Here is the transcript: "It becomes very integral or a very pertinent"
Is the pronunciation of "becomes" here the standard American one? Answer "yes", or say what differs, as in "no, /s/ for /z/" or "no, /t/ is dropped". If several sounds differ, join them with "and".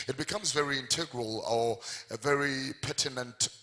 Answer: yes